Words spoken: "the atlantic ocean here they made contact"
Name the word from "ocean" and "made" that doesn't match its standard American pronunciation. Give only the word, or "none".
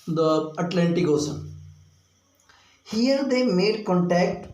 ocean